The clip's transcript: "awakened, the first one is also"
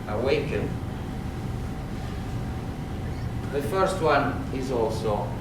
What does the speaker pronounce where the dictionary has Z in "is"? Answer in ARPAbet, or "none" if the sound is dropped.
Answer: Z